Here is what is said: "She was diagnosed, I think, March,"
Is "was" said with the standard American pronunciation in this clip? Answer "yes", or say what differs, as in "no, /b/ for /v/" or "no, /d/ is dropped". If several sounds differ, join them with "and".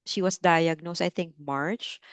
no, /s/ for /z/